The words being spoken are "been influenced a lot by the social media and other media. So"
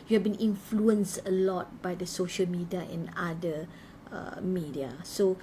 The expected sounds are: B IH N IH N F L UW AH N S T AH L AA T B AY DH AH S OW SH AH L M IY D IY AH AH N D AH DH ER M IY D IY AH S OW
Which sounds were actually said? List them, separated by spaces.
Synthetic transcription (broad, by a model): B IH N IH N F L UW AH N S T AH L AA T B AY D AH S OW SH AH L M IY D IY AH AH N D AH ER M IY D IY AH S OW